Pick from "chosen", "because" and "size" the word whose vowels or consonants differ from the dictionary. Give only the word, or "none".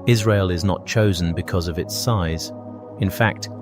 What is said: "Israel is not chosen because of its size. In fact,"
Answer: none